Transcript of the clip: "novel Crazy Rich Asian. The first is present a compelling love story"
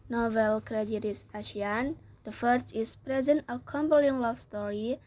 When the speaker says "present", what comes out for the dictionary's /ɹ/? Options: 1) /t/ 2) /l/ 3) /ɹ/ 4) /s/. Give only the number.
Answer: 3